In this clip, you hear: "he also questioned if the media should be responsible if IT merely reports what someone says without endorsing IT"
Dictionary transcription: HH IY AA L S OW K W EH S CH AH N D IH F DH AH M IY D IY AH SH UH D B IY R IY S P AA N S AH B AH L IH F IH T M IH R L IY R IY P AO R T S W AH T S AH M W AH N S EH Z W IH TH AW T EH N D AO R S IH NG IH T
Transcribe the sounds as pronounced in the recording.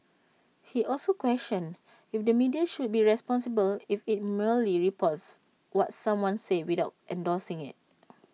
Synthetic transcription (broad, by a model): HH IY AA L S OW K W EH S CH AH N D IH F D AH M IY D IY AH SH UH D B IY R IY S P AA N S AH B AH L IH F IH T M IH L IY R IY P AO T S W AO T S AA M W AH N S EH W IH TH AW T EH N D AO S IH NG IH T